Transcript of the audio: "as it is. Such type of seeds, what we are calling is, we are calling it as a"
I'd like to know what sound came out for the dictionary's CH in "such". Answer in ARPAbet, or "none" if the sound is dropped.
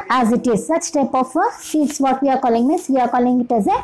CH